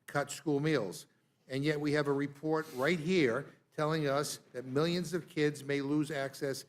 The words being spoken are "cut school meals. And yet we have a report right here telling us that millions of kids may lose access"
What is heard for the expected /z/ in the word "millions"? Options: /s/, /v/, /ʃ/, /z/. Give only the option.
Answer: /z/